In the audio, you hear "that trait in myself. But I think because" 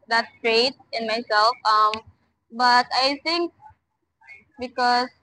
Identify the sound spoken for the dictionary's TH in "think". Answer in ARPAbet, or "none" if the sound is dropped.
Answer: T